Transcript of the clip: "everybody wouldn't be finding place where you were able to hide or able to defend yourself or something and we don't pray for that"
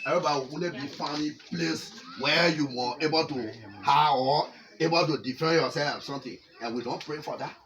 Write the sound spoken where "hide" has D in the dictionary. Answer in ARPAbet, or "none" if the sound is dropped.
none